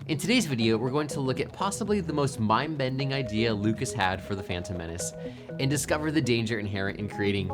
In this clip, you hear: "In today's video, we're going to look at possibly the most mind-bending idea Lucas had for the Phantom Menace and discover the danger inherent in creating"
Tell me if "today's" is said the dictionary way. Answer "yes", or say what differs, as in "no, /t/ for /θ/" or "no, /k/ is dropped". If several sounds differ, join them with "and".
yes